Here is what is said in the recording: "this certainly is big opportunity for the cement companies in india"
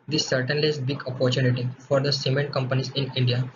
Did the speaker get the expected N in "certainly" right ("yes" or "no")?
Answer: yes